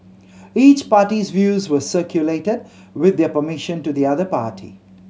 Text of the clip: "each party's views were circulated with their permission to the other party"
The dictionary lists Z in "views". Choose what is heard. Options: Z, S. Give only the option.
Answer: Z